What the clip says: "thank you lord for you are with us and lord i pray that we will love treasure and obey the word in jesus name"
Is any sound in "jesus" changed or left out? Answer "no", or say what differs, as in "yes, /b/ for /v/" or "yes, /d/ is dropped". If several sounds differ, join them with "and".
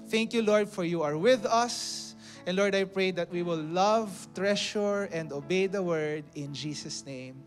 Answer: yes, /s/ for /z/